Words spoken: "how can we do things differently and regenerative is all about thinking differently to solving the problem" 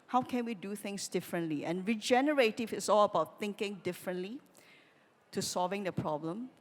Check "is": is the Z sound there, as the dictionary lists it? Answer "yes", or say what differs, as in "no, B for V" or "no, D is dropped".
no, S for Z